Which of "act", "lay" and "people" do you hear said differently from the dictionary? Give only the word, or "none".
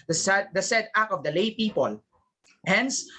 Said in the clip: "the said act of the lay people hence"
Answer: act